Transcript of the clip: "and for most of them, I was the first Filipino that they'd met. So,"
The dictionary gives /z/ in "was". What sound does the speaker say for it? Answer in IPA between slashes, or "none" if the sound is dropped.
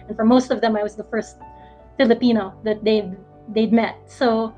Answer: /z/